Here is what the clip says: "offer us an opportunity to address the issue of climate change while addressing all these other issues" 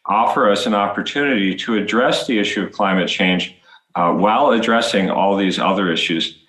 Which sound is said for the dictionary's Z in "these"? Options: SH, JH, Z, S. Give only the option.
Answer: Z